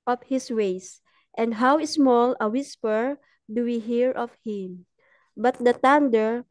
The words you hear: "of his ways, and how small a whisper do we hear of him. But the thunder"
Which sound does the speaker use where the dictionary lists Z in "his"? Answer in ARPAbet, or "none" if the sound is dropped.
S